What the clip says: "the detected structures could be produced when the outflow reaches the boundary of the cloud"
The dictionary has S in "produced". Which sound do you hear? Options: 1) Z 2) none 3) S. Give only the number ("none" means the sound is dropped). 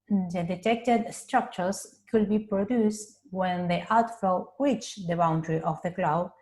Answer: 3